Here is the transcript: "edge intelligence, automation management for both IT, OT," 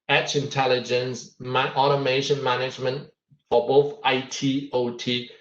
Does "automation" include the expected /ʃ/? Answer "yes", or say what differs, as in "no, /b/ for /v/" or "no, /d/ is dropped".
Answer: yes